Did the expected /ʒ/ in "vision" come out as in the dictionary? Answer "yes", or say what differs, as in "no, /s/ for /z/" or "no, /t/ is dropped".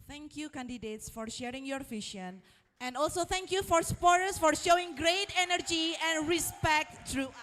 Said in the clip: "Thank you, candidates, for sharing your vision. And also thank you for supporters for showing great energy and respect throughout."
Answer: no, /ʃ/ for /ʒ/